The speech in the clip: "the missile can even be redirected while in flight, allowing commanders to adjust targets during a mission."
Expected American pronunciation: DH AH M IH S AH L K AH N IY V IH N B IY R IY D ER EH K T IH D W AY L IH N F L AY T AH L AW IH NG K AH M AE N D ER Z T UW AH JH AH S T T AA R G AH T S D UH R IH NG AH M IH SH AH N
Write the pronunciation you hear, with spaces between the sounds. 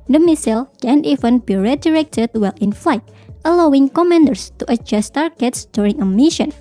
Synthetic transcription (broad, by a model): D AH M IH S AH L K AH N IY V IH N B IY R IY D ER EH K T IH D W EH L IH N F L AY T AH L AW IH NG K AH M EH N D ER S T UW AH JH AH S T T AA R G AH T S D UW R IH NG AH M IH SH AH N